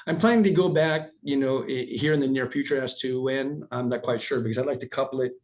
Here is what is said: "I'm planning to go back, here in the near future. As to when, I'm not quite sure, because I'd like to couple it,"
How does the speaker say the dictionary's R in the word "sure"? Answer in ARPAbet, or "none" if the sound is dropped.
R